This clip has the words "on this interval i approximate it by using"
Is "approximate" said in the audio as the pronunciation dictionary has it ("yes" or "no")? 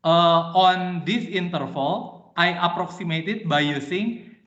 yes